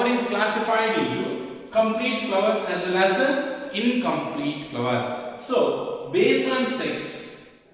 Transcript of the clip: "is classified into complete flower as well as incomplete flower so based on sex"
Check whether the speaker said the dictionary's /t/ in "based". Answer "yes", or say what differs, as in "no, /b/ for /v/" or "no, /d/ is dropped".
no, /t/ is dropped